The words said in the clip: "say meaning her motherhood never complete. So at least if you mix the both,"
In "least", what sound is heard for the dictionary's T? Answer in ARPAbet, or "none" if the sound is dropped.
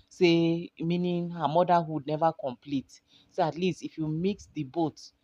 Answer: T